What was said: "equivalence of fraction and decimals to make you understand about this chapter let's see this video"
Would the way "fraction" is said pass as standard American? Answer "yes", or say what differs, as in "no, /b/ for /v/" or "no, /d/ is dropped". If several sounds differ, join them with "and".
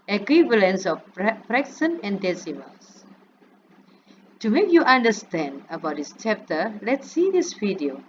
no, /s/ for /ʃ/